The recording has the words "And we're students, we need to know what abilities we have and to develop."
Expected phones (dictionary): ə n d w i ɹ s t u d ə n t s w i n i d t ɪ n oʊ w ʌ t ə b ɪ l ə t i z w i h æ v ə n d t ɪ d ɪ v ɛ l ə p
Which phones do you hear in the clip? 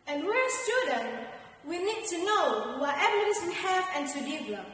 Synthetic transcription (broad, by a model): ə n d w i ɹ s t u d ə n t w i n i d t ɪ n oʊ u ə ɛ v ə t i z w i h æ v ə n t ɪ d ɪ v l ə